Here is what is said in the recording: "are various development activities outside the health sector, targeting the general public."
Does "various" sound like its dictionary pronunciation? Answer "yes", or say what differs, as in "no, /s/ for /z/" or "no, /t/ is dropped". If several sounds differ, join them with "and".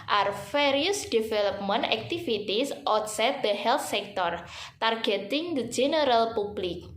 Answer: no, /f/ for /v/